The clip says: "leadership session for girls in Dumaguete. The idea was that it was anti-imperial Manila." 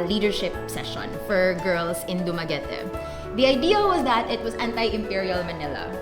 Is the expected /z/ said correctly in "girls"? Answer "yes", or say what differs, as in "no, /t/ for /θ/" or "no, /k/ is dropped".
no, /s/ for /z/